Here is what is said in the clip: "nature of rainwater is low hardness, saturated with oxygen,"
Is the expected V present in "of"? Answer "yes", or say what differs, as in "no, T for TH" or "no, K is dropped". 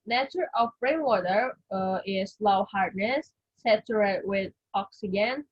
no, B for V